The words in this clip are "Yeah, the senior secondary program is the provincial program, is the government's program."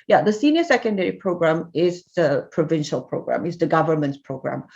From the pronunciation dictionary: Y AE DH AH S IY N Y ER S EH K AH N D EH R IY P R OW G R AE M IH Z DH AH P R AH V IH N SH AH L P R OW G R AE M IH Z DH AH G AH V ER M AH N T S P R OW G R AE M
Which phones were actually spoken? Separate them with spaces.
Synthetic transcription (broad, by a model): Y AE DH AH S IY N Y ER S EH K AH N D EH R IY P R OW G R AE M IH Z DH AH P R AH V IH N SH AH L P R OW G R AE M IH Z DH AH G AH V ER M AH N T S P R OW G R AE M